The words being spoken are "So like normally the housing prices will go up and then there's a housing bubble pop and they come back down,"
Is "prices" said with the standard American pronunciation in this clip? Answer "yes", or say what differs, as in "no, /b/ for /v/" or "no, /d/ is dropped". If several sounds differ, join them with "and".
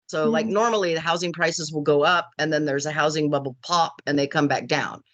yes